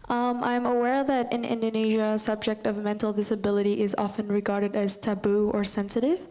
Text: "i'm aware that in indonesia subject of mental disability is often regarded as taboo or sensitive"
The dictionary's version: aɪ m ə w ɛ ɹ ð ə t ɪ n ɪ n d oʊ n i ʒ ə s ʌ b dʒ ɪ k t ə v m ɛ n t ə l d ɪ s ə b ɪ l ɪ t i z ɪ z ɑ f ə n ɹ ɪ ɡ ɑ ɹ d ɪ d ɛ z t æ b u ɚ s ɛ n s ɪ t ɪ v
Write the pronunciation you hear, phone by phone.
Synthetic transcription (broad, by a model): aɪ m ə w ɛ ɹ ð ə t ɪ n ɪ n d oʊ n i ʒ ə s ʌ b dʒ ɪ k t ə v m ɛ n t l d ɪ s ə b ɪ l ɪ t i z ɪ z ɑ f ə n ɹ ɪ ɡ ɑ ɹ d ɪ d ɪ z t æ b u ɚ s ɛ n s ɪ t ɪ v